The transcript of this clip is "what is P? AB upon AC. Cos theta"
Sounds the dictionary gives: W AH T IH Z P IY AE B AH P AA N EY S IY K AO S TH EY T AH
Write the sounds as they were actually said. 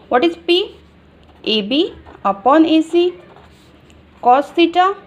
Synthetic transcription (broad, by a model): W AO T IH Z P IY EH B AH P AA N EY S IY K AO S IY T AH